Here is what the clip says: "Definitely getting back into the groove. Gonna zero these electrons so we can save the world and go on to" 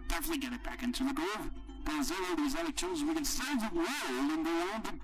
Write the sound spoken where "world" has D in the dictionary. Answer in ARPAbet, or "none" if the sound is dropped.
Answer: none